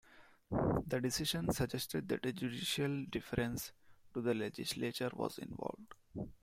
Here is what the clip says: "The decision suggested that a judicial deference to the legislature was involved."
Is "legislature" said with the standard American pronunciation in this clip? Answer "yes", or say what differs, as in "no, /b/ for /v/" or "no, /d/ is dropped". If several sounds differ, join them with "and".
yes